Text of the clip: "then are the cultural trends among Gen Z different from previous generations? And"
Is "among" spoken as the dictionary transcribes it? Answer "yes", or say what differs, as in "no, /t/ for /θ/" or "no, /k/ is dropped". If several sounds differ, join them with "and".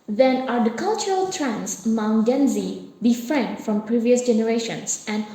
no, /m/ is dropped